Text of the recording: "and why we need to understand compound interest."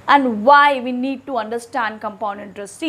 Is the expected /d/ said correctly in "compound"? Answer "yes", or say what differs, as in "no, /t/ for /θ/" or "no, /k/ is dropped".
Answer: no, /d/ is dropped